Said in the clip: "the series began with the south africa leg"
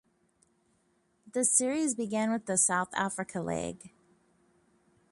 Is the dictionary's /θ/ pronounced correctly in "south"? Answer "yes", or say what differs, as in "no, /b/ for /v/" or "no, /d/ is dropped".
yes